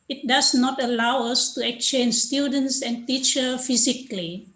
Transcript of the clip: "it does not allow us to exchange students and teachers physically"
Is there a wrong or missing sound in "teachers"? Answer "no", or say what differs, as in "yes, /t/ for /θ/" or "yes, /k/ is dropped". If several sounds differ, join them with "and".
yes, /z/ is dropped